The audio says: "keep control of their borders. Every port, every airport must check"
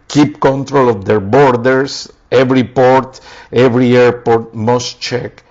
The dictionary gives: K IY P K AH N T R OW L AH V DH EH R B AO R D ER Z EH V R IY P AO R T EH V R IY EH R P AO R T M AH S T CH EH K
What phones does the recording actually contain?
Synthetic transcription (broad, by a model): K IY P K AH N T R OW L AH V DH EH R B AO R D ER S EH V R IY P AO R T EH V R IY EH R P AO R T M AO S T CH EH K